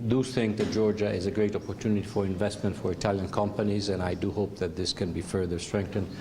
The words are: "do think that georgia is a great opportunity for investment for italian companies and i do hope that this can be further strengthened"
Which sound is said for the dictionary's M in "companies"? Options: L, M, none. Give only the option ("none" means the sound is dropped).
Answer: M